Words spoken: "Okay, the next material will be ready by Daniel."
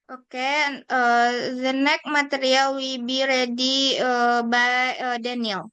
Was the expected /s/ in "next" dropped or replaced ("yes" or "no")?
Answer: yes